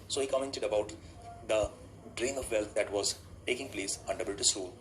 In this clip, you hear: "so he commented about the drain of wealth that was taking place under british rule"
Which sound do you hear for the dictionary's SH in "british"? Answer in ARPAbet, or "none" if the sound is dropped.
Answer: S